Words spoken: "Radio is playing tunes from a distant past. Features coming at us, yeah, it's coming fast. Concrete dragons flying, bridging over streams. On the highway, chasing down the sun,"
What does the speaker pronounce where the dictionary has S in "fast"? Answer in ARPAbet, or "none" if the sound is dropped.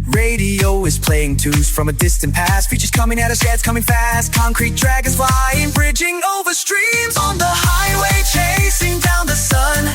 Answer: S